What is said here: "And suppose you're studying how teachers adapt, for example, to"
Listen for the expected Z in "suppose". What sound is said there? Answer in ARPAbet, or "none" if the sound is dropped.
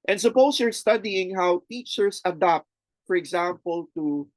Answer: S